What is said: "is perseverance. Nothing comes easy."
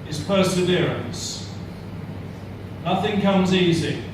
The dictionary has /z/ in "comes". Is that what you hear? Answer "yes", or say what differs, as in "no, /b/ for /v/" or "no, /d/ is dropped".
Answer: yes